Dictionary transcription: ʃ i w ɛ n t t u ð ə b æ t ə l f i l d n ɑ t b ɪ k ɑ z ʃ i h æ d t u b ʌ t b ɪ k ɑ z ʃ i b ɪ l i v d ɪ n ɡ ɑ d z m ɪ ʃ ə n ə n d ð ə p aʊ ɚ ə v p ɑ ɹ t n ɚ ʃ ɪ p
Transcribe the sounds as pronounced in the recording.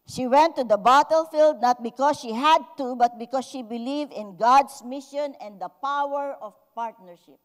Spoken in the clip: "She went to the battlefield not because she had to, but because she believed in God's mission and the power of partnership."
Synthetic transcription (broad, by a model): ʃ i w ɛ n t t u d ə b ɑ t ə l f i l d n ɑ t b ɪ k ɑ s ʃ i h æ d t u b ʌ t b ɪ k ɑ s ʃ i b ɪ l i v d ɪ n ɡ ɑ d s m ɪ ʃ ə n ə n d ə p aʊ ɚ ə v p ɑ ɹ t n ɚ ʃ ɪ p